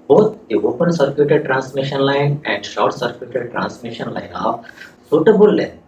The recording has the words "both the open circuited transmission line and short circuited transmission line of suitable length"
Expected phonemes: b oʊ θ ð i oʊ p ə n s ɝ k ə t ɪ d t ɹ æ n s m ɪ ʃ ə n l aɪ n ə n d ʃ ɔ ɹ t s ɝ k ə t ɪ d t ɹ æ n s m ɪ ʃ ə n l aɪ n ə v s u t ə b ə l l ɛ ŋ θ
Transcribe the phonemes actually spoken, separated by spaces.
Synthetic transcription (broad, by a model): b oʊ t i oʊ p ə n s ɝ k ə t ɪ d t ɹ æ n s m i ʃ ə n l aɪ n ə n d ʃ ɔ w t s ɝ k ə t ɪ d t ɹ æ n s m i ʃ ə n l aɪ n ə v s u t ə b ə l l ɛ